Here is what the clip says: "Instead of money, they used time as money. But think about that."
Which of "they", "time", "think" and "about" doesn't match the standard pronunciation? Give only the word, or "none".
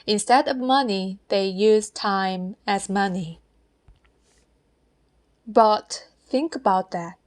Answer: none